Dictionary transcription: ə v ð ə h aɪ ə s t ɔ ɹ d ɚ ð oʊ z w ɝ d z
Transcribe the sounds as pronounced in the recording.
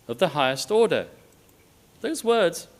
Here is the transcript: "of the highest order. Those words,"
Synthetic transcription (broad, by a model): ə v ð ə h aɪ ə s t ɔ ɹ d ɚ ð oʊ z w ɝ d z